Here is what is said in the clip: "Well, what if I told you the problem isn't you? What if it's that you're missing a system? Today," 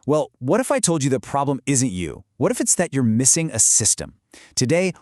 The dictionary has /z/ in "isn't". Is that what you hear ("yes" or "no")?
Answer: yes